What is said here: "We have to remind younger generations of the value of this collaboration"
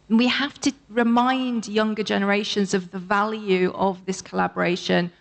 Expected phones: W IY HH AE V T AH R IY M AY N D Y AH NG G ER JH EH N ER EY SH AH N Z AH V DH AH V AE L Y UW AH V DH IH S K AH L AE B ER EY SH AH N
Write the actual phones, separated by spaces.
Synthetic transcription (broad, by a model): W IY HH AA F T AH R IY M AY N D Y AH NG G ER JH EH N ER EY SH AH N Z AH V DH AH V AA L Y UW AH V DH IH S K AH L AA B ER EY SH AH N